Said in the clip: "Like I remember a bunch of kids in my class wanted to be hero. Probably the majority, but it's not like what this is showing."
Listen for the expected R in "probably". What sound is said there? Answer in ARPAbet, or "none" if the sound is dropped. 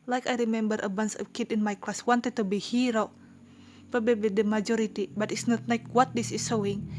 none